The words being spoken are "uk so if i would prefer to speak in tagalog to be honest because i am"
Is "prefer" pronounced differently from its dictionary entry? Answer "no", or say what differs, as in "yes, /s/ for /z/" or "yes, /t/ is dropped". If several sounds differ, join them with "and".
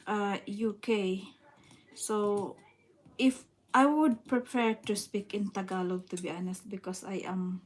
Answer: yes, /p/ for /f/